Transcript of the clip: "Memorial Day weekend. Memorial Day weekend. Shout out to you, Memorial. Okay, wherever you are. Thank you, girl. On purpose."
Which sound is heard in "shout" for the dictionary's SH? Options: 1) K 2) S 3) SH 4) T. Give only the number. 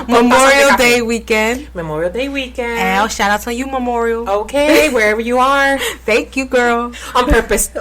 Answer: 3